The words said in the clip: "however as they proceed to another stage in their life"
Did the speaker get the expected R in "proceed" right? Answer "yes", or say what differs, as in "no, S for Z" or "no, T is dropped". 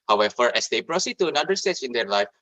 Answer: yes